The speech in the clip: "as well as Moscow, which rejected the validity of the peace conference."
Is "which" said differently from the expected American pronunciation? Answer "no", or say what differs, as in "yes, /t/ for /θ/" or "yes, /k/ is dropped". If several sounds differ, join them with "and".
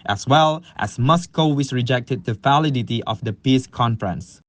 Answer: yes, /s/ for /tʃ/